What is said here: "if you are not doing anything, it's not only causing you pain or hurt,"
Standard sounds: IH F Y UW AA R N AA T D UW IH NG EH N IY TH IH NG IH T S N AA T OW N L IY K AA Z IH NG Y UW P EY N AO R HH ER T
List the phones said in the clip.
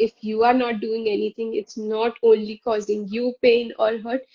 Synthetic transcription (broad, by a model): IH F Y UW AA R N AA T D UW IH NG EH N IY T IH NG IH T S N AA T OW N L IY K AA Z IH NG Y UW P EY N AO L HH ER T